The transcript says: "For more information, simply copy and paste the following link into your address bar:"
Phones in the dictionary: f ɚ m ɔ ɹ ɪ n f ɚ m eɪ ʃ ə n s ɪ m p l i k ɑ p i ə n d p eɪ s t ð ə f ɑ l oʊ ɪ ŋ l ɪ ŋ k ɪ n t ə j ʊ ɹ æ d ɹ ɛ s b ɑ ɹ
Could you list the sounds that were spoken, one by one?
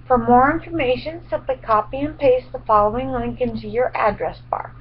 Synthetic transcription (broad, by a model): f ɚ m ɔ ɹ ɪ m f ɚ m eɪ ʃ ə n s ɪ p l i k ɑ p i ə n p eɪ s ð ə f ɑ l oʊ ɪ ŋ l ɪ ŋ k ɪ n t ə j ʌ ɹ æ d ɹ ɛ s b ɑ ɹ